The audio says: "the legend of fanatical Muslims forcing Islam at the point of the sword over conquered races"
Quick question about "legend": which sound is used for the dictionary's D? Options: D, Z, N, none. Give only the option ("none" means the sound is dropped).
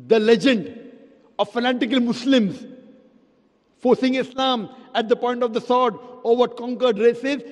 D